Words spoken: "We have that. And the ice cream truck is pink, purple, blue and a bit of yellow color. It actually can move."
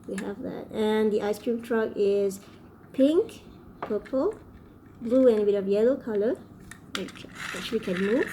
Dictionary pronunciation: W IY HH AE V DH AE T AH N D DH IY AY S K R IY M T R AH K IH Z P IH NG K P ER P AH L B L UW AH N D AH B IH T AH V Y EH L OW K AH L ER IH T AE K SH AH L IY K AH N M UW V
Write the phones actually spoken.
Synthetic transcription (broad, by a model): W IY HH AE V DH AE T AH N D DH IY AY S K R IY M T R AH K IH Z P IH NG K P ER P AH L B L UW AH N AH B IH T AH V Y EH L OW K AH L ER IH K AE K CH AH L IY K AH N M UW